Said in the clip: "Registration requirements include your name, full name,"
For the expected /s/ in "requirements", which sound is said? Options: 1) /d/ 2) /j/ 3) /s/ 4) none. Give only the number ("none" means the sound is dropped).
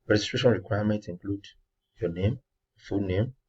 4